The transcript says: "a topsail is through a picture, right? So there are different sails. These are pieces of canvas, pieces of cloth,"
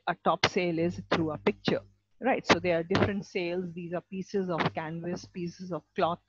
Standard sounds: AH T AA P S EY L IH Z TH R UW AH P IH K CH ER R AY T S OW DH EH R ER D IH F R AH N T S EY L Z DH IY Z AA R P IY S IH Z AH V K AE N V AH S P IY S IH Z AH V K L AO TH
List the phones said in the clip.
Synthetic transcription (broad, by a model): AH T AA P S EY L IH Z T R UW AH P IH K CH ER R AY T S OW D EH R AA D IH F R AH N T S EY L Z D IY Z AA R P IY S IH Z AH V K AE N V AH S P IY S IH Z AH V K L AO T